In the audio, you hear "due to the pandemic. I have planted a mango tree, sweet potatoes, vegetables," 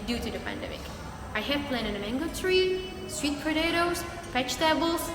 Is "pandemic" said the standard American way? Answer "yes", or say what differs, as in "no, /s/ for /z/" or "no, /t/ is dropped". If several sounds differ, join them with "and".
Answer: yes